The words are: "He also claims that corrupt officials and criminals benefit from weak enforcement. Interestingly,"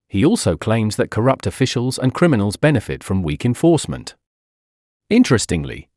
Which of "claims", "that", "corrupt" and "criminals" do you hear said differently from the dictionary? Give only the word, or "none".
none